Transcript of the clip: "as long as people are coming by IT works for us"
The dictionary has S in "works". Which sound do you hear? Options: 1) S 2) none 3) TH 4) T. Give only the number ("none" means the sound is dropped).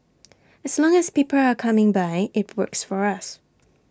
1